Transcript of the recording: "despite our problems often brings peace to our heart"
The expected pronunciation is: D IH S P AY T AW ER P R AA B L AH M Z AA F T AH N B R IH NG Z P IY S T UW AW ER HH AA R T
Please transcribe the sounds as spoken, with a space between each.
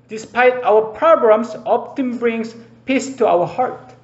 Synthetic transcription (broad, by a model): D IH S P AY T AW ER P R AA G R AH M S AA P T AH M B R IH NG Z P IY S T UW AW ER HH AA R T